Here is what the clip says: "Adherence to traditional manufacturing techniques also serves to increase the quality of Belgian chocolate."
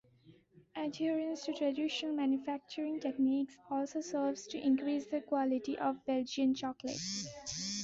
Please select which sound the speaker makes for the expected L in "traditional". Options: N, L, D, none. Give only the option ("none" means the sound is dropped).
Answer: N